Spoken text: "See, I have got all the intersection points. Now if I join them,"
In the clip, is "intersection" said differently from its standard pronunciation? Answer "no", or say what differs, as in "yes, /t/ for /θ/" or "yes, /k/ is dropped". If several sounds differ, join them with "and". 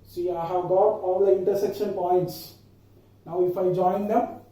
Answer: no